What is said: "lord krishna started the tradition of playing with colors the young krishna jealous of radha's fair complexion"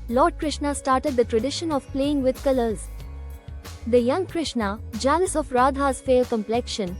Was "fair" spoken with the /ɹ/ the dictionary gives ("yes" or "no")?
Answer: no